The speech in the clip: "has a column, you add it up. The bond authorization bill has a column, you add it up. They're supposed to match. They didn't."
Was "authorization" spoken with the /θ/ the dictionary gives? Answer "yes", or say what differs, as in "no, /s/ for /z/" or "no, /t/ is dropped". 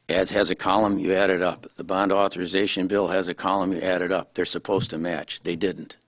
yes